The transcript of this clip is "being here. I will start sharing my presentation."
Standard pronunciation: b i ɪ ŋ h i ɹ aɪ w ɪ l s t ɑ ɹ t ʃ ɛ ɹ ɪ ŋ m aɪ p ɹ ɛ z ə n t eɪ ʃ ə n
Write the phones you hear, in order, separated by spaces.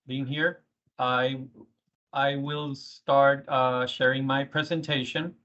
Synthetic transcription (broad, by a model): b i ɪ ŋ h i ɹ aɪ w ɪ l s t ɑ ɹ t ʃ ɛ ɹ ɪ ŋ m aɪ p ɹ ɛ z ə n t eɪ ʃ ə n